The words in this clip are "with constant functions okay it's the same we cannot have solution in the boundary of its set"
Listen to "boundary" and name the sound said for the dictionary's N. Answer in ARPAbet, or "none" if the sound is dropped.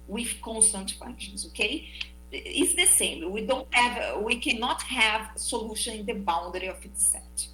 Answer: N